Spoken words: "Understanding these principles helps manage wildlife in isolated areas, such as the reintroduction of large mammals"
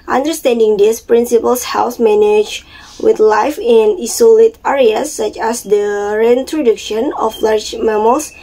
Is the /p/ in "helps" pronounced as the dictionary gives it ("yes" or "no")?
no